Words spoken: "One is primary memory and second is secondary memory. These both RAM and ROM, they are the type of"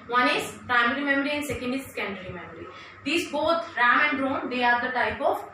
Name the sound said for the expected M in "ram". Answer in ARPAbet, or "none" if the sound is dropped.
M